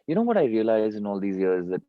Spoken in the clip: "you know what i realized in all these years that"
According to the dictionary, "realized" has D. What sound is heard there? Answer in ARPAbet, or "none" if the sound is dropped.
none